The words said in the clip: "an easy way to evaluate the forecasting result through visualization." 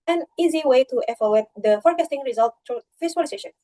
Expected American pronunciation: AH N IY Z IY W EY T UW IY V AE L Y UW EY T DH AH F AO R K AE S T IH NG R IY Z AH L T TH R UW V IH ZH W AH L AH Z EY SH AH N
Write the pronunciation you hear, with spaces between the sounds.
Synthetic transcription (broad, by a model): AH N IY Z IY W EY T UW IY F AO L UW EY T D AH F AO R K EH S T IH NG R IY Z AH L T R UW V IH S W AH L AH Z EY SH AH N